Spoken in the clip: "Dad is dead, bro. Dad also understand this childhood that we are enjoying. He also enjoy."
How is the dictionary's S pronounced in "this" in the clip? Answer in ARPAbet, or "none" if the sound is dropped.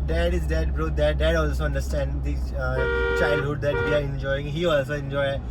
none